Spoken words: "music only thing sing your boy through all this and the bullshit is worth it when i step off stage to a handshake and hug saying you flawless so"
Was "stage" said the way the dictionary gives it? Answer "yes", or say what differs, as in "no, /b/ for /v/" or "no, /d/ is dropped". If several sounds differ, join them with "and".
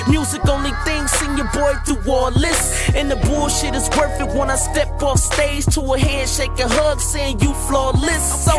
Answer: no, /z/ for /dʒ/